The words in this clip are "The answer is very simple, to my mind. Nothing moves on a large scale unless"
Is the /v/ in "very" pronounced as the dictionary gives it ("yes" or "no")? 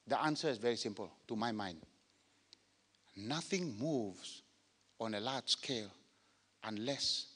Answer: yes